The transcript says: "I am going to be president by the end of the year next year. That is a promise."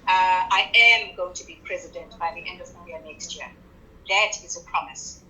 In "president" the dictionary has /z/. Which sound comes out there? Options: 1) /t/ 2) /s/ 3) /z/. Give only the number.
3